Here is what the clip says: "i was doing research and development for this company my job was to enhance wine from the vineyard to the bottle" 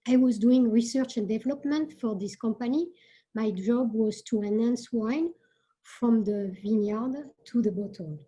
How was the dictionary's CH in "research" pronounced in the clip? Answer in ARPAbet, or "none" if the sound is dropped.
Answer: CH